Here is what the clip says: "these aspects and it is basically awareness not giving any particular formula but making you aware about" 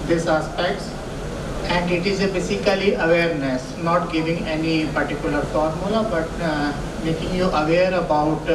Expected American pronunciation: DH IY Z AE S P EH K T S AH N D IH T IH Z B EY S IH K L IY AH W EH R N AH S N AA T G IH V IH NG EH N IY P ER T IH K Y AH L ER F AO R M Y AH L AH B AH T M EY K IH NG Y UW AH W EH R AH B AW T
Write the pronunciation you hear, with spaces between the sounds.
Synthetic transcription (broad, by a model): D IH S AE S P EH K T S AH N D IH T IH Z B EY S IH K L IY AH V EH R N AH S N AA T G IH V IH NG EH N IY P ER T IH K Y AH L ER F AO R M Y AH L AH B AH T M EY K IH NG Y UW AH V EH R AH B AW T